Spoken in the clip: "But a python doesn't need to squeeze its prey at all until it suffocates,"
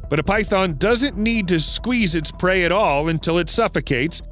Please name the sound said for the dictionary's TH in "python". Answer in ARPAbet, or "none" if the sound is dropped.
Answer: TH